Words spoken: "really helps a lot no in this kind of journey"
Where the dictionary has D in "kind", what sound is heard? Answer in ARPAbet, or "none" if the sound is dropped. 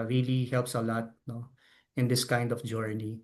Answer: D